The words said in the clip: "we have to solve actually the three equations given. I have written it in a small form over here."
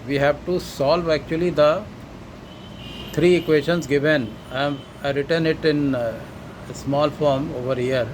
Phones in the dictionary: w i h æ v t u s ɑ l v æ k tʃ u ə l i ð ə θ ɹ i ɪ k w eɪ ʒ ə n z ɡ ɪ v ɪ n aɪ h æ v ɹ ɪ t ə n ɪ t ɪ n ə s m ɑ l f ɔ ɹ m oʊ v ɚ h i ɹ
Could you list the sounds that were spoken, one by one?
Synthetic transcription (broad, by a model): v i h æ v t u s ɑ l v æ k tʃ u ə l i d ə t ɹ i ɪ k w eɪ ʃ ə n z ɡ ɪ v ɪ n aɪ ɹ ɪ t ə n ɪ t ɪ n ə s m ɑ l f ɔ ɹ m oʊ v ɚ h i ɹ